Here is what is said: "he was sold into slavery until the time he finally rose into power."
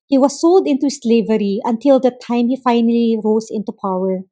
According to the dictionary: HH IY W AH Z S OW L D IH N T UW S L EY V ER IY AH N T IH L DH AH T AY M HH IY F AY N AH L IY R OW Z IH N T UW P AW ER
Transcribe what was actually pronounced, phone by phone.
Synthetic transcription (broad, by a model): HH IY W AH S OW L D IH N T UW S L EY V ER IY AH N T IH L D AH T AY M HH IY F AY N AH L IY R OW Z IH N T UW P AW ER